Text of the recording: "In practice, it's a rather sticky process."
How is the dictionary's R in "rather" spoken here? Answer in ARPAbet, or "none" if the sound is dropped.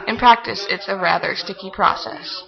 R